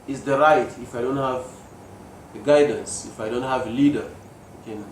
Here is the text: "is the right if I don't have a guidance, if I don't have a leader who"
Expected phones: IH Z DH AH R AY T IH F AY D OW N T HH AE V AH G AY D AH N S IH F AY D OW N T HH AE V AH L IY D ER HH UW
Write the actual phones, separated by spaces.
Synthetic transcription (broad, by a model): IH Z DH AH R AY T IH F AY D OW N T HH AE V AH G AY D AH N S IH F AY D OW N T HH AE V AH L IY D ER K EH